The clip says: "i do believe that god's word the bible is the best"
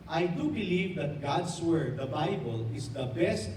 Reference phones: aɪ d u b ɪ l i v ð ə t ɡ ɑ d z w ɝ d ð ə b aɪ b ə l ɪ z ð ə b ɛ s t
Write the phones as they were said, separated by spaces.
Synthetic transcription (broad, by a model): aɪ d u b ɪ l i v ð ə t ɡ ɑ d s w ɝ d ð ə b aɪ b ə l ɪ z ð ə b ɛ s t